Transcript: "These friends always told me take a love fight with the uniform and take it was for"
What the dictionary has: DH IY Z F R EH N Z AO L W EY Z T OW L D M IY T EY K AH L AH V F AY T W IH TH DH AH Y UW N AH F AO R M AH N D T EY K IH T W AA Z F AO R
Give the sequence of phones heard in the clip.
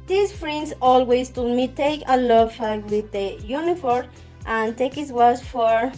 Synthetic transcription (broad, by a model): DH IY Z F R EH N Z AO L W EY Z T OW D M IY T EY K AH L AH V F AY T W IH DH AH Y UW N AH F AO R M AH N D T EY K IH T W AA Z F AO R